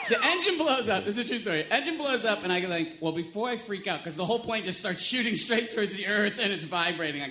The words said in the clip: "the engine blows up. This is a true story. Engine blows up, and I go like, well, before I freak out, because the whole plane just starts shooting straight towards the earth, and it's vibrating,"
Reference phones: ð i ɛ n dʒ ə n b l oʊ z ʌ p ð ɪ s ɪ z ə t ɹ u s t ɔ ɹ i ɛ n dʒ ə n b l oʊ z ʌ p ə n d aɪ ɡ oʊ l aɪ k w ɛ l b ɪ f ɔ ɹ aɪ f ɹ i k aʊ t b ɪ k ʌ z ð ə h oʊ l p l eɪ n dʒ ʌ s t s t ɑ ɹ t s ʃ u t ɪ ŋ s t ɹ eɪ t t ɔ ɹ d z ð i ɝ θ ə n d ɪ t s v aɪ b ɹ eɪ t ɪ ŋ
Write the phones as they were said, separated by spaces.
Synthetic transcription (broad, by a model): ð i ɛ n dʒ ə n b l oʊ z ʌ p ð ɪ s ɪ z t ɹ u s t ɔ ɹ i ɛ n dʒ ə n b l oʊ z ʌ p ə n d aɪ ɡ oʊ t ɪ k w ɛ l b ɪ f ɔ ɹ aɪ f ɹ i k aʊ t k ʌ z ð ə h oʊ l p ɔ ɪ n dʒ ʌ s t s t ɑ ɹ t s ʃ u t ɪ ŋ s t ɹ eɪ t t ɔ ɹ d z ð i ɝ θ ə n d ɪ t s v aɪ b ɹ eɪ t ɪ ŋ